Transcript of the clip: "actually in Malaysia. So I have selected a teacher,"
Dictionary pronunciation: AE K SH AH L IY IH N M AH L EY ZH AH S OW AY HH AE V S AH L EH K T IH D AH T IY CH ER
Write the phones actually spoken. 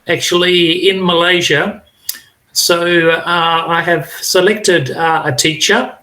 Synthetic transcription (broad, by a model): AE K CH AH L IY IH N M AH L EY ZH AH S OW AY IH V S AH L EH K T IH D AH T IY CH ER